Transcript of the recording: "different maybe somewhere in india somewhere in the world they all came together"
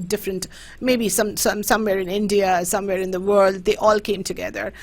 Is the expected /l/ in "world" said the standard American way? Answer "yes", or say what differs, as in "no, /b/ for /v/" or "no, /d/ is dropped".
yes